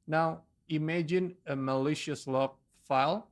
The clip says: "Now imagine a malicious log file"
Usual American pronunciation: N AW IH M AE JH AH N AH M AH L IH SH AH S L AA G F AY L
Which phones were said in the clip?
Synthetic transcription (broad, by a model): N AW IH M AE JH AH N AH M AH L IH SH AH S L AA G F AY L